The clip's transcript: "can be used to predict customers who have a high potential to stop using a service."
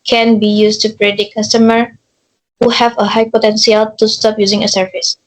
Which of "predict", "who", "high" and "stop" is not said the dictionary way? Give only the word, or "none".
predict